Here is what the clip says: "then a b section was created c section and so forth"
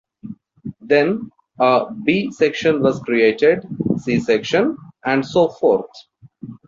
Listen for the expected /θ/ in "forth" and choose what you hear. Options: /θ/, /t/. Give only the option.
/t/